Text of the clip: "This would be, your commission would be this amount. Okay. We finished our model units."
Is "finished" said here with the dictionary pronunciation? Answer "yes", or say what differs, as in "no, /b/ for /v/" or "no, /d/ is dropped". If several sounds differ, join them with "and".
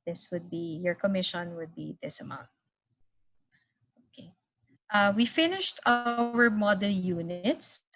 yes